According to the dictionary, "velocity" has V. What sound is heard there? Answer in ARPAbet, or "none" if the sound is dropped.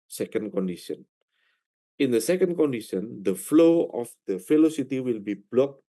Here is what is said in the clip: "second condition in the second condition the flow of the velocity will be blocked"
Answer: F